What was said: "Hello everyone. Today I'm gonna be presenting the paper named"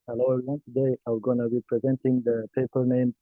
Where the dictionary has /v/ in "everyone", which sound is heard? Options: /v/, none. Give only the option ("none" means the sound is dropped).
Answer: none